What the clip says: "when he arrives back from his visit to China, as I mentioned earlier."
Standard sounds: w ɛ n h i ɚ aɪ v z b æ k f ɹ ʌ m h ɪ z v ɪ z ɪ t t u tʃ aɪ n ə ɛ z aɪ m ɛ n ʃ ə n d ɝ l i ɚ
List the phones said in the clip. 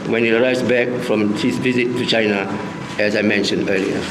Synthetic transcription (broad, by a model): w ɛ n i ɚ aɪ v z b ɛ k f ɹ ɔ m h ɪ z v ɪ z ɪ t t u tʃ aɪ n ə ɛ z aɪ m ɛ n ʃ ə n d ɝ l i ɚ